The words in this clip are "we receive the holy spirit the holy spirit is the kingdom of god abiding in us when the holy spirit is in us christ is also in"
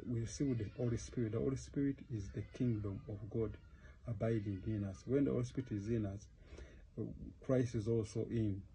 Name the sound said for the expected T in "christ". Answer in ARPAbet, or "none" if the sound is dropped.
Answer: T